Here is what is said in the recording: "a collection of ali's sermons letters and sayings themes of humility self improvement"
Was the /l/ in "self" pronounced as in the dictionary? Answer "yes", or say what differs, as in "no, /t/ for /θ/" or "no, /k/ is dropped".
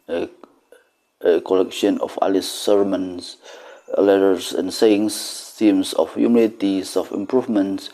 no, /l/ is dropped